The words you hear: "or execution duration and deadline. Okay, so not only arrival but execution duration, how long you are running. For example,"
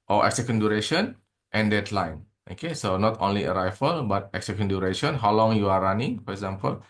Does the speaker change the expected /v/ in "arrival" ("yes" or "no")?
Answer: yes